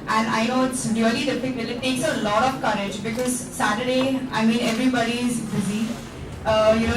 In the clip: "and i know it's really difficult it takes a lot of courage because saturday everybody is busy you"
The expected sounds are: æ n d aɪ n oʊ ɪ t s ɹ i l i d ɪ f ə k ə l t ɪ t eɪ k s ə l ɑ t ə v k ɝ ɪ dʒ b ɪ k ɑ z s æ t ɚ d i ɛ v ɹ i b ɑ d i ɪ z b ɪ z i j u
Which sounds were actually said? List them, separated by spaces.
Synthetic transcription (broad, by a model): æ n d aɪ n oʊ ɪ t s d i l i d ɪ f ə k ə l ɪ t eɪ k s ə l ɑ t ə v k ɝ ɪ dʒ b ɪ k ɑ z s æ t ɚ d i ɛ v ɹ i b ɑ d i ɪ z b ɪ z i j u